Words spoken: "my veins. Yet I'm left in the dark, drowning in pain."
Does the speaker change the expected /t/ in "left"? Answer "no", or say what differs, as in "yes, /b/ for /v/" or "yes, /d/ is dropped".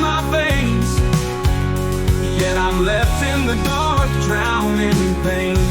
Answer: no